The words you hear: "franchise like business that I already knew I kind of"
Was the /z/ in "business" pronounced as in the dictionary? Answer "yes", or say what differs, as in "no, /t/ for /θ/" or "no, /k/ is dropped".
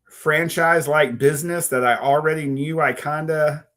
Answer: yes